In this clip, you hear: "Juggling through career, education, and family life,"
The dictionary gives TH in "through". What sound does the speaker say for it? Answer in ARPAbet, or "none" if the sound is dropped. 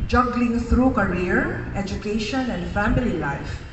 T